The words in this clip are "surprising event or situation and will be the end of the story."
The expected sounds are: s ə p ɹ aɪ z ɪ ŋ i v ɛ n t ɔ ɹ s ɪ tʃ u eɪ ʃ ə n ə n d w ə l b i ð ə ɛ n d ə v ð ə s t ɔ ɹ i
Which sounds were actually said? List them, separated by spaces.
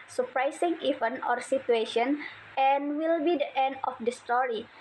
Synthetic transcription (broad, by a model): s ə p ɹ aɪ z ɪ ŋ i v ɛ n ɔ ɹ s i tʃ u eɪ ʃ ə n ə n w ə l b i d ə ɛ n d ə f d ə s t ɔ ɹ i